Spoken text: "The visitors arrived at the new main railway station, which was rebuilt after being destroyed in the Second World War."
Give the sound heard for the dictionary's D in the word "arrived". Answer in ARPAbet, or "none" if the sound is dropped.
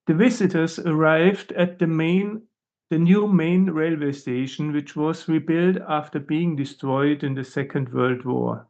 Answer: D